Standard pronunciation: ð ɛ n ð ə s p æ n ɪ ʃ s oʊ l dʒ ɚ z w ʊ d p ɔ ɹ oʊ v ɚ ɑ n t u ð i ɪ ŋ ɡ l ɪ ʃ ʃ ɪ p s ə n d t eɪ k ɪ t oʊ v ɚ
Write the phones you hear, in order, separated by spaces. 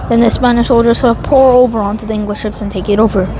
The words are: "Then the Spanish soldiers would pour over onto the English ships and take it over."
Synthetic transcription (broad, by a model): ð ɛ n ð ə s p æ n ɪ ʃ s oʊ l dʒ ɚ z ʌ p ɔ ɹ oʊ v ɚ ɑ n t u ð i ɪ ŋ ɡ l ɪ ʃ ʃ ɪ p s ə n t eɪ k ɪ t oʊ v ɚ